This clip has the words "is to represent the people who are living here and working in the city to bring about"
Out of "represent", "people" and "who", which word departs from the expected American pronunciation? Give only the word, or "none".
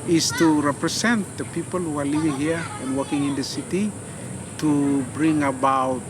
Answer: represent